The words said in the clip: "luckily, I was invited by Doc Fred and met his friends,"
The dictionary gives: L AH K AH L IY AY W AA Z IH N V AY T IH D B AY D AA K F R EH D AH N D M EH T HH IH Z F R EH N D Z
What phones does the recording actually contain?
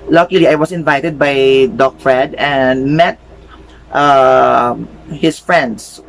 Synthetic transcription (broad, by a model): L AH K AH L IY AY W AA S IH N V AY T IH D B AY D AA K F R EH D AH N D M EH T HH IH S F R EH N D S